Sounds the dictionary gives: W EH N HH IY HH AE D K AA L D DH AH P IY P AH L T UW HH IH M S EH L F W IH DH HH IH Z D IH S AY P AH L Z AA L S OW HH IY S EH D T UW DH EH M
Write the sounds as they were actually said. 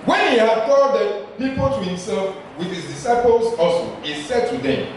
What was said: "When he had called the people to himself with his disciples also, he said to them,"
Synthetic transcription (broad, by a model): W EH N HH IY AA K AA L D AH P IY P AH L T UW HH IH M S EH L F W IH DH HH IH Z D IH S AY P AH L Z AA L S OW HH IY S EH D T UW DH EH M